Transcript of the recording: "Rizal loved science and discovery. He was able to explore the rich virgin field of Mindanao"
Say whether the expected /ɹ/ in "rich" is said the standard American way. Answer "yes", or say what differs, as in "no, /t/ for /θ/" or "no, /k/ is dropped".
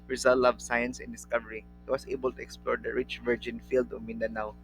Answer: yes